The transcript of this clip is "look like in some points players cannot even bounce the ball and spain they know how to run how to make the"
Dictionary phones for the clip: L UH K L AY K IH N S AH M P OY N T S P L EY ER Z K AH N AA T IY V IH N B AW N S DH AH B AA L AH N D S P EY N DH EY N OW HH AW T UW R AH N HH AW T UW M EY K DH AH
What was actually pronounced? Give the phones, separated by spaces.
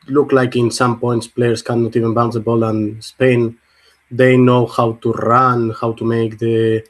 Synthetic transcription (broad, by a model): L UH K L AY K IH N S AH M P OY N T S P L EY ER S K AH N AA T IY V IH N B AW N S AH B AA L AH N S P EY N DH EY N OW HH AW T UW R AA N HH AW T UW M EY K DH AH